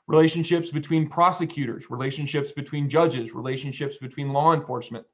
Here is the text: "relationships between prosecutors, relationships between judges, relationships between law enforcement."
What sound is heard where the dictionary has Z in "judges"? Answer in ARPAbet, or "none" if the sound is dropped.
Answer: Z